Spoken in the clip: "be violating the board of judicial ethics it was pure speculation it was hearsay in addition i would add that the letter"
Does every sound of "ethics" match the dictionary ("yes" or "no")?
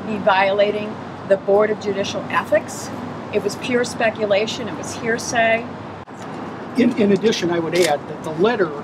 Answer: yes